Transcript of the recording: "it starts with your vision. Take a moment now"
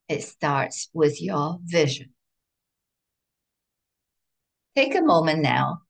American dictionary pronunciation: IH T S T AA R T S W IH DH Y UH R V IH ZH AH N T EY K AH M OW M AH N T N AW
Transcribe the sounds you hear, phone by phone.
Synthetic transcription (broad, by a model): IH T S T AA R T S W IH DH Y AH R V IH ZH AH N T EY K AH M OW M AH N N AW